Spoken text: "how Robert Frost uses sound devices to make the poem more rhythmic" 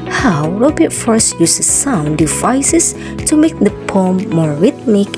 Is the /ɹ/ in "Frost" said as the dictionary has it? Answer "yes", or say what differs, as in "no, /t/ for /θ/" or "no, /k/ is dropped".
no, /ɹ/ is dropped